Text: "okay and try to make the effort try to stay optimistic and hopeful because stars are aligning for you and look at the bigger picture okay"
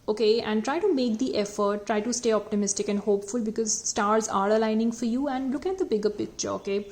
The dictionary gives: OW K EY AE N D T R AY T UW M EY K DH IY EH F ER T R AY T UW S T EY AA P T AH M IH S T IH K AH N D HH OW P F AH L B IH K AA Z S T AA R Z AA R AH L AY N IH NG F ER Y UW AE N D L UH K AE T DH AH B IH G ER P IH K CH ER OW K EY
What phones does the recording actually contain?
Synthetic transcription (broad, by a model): OW K EY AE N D T R AY T UW M EY K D IY EH F ER T R AY T UW S T EY AA P T AH M IH S T IH K AH N D HH OW P F AH L B IH K AA Z S T AA R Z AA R AH L AY N IH NG F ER Y UW AE N D L UH K AE T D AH B IH G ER P IH K CH ER OW K EY